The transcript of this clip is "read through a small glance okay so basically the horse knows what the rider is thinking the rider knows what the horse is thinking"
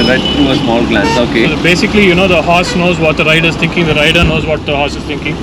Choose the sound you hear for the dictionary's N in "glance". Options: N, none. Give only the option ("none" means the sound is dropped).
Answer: none